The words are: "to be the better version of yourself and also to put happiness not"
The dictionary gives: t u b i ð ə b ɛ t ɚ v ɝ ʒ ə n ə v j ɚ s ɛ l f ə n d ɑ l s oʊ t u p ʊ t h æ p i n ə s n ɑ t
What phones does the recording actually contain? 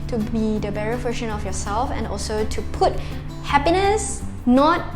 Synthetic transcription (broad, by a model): t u b i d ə b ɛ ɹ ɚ f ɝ ʃ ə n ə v j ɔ s ɛ l f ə n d ɑ l s oʊ t u p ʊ t h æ p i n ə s n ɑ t